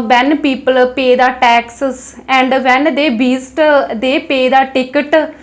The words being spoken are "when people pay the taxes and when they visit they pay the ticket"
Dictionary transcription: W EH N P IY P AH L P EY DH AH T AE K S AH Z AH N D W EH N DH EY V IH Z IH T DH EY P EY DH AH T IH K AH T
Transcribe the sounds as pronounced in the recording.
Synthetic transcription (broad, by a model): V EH N P IY P AH L P EY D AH T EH K S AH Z AH N D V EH N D EY B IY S T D EY P EY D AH T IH K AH T